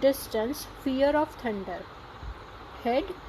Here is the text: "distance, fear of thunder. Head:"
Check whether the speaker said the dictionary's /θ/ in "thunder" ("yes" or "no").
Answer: no